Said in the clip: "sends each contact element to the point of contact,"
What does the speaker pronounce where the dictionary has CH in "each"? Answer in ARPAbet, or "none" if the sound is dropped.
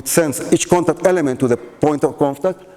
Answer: CH